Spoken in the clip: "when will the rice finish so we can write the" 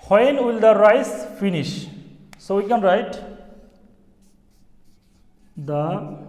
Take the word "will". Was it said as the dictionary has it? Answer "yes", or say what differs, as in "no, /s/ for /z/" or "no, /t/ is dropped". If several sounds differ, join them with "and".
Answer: yes